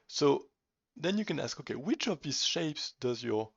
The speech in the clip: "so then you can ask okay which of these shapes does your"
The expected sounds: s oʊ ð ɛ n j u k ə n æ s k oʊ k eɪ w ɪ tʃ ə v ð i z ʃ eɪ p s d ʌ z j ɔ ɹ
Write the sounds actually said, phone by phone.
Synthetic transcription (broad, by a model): s oʊ ð ɛ n j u k ə n æ s k oʊ k eɪ w ɪ tʃ ə v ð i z ʃ eɪ p s d ʌ z j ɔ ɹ